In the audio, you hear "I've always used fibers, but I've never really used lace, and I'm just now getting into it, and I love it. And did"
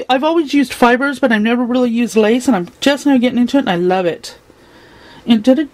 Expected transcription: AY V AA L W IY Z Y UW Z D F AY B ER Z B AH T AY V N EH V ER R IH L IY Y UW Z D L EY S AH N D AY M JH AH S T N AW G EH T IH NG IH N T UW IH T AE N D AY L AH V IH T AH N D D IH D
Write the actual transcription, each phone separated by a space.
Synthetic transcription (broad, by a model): AY V AA L W IY Z Y UW Z D F AY B ER Z B AH T AY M N EH V ER R IH L IY Y UW Z D L EY S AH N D AY M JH AH S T N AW G EH T IH NG IH N T UW IH T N AY L AH V IH T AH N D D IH